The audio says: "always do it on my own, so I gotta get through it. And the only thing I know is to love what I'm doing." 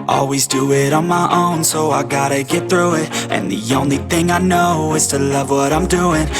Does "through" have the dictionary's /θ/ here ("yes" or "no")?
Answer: yes